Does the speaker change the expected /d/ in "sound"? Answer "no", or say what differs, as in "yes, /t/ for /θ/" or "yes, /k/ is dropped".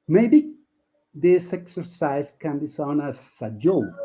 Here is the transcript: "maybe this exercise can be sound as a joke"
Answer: yes, /d/ is dropped